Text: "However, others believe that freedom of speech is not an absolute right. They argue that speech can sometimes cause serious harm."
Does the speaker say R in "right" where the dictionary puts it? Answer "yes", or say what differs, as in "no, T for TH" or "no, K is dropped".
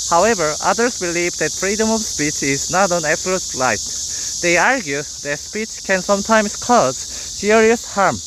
no, L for R